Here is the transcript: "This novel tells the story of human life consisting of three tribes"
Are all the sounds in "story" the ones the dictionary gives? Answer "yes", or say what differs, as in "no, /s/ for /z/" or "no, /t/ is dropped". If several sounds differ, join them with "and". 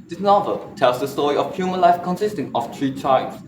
yes